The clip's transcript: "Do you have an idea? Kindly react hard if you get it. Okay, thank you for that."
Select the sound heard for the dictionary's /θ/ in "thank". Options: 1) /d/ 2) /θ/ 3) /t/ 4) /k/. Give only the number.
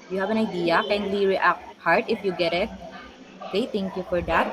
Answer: 3